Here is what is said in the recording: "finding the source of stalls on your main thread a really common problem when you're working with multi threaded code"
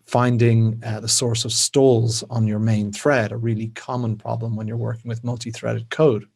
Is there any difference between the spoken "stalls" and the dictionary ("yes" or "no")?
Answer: no